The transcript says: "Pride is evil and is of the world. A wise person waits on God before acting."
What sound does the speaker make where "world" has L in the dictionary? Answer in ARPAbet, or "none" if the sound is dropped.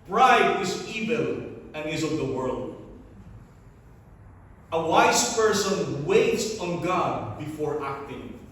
L